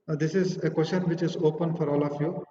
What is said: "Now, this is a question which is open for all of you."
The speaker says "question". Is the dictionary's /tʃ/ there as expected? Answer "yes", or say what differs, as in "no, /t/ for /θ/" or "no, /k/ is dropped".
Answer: no, /ʃ/ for /tʃ/